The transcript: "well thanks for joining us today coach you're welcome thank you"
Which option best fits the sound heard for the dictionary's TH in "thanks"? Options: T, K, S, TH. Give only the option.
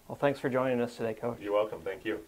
TH